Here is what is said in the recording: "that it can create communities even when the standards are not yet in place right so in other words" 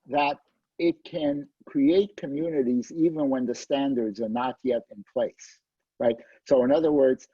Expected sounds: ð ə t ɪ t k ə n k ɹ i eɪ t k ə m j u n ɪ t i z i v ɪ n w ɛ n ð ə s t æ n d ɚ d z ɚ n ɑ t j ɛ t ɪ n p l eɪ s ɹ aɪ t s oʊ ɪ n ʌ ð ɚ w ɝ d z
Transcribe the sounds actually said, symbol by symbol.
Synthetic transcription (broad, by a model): ð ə t ɪ t k ə n k ɹ i eɪ t k ə m j u n ɪ t i z i v ɪ n w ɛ n ð ə s t æ n d ɚ d z ɚ n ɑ t j ɛ t ɪ n p l eɪ s ɹ aɪ t s oʊ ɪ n ʌ ð ɚ w ɝ d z